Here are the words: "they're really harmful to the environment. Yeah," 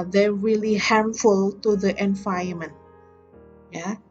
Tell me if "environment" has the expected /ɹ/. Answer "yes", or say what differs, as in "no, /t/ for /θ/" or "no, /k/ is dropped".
no, /ɹ/ is dropped